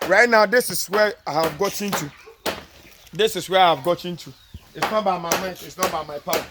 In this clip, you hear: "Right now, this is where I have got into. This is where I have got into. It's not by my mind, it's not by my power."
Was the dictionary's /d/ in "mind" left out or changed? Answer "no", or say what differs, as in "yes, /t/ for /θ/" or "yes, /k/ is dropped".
yes, /d/ is dropped